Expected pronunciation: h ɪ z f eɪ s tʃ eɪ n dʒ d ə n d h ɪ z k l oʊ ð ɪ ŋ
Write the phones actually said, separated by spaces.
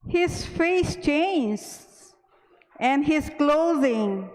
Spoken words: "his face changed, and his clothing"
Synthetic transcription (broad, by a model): h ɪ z f eɪ s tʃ eɪ n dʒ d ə n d h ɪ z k l oʊ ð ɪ ŋ